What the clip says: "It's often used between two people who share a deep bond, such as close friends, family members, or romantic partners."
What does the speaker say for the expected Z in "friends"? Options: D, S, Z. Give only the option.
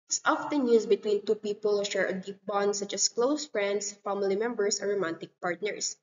S